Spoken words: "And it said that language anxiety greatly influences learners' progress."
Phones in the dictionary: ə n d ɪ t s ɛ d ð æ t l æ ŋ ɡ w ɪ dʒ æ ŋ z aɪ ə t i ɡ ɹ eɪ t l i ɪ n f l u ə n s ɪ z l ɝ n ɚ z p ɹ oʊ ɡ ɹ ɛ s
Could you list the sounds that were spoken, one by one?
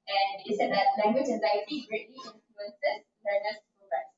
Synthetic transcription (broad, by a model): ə n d ɪ t s ɛ d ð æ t l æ ŋ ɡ w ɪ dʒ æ z aɪ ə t i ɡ ɹ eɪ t l i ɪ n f l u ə n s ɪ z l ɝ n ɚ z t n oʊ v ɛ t